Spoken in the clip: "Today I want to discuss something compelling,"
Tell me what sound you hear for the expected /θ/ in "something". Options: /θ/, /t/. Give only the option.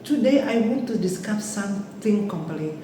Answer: /t/